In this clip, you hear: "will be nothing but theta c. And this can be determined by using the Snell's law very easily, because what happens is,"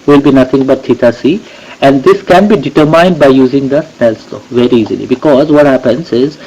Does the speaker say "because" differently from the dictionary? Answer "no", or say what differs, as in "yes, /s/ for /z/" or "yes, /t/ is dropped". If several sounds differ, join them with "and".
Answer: no